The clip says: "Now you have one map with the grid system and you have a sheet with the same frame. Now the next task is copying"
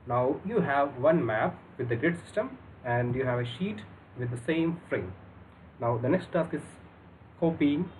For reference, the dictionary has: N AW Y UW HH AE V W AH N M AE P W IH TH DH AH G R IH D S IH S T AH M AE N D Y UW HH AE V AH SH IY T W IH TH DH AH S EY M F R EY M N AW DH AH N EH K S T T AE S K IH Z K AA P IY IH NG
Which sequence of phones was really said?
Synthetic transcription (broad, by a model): N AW Y UW HH AE V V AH N M AE P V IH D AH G R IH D S IH S T AH M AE N D Y UW HH AE V AH SH IY T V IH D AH S EY M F R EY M N AW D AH N EH K S T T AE S K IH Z K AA P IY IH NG